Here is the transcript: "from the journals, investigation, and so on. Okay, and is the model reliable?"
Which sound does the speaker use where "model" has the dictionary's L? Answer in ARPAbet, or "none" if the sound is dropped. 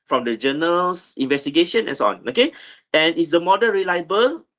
N